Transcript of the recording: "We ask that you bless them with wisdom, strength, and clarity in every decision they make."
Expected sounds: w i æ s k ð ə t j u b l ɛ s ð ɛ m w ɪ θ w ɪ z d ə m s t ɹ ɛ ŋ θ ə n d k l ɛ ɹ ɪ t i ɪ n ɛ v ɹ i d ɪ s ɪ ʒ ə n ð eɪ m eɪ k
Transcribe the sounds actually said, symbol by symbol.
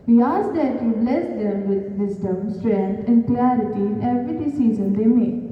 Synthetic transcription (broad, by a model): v i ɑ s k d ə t j u b l ɛ s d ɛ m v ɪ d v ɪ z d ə m s t ɹ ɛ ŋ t ə n d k l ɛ ɹ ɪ t i ɪ n ɛ v ɹ i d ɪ s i z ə n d eɪ m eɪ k